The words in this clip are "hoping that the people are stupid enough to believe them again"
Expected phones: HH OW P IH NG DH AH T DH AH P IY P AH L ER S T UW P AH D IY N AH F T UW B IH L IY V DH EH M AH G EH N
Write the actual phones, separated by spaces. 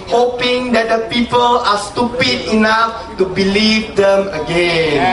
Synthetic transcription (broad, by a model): HH OW P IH NG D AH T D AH P IY P AH L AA S T UW P AH D IY N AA F T UW B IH L IY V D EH M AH G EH N